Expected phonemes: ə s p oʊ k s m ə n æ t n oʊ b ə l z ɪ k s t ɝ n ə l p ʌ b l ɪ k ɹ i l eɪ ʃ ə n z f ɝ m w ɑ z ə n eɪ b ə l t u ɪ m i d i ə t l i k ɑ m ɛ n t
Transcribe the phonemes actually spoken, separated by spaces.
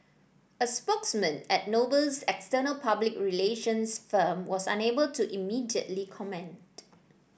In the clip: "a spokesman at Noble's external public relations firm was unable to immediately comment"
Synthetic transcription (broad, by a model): ə s p oʊ k s m ə n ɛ t n oʊ b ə l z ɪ k s t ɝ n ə l p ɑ b l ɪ k ɹ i l eɪ ʃ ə n s f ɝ m w ɑ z ə n eɪ b ə l t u ɪ m i d i ə t l i k ɑ m ɛ n t